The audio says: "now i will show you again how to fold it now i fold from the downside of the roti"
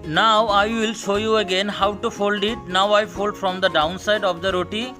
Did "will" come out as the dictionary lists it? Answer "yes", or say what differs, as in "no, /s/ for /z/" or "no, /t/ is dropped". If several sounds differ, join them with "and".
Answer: yes